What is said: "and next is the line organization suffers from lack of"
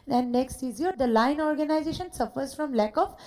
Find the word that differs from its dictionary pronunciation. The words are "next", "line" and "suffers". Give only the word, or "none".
none